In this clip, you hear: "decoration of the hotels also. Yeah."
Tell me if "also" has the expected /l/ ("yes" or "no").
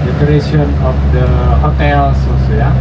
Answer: no